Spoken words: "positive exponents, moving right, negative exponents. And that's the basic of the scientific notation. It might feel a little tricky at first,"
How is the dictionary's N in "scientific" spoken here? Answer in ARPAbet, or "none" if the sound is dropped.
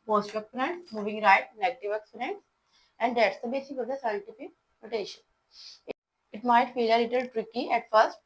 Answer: N